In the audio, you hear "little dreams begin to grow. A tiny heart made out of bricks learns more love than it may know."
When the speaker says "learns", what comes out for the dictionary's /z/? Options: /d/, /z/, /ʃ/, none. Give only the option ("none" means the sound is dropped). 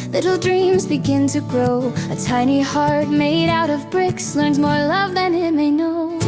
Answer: /z/